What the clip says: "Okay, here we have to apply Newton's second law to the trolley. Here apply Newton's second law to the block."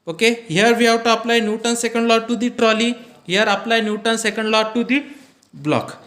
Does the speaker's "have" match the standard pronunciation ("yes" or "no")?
no